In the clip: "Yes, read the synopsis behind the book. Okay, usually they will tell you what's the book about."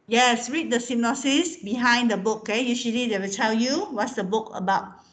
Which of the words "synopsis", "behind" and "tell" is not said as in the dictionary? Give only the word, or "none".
synopsis